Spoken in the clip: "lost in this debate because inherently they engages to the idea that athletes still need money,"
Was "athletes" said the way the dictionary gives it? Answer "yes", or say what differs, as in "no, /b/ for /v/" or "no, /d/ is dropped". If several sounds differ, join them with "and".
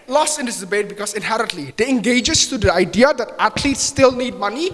no, /t/ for /θ/